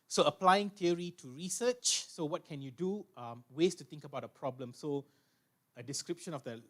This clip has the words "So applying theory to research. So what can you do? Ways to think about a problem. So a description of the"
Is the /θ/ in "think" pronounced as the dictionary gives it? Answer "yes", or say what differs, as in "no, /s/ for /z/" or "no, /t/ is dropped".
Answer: no, /t/ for /θ/